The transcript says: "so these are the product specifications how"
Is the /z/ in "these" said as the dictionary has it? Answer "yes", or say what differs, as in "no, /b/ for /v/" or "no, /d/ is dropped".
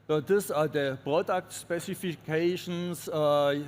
no, /s/ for /z/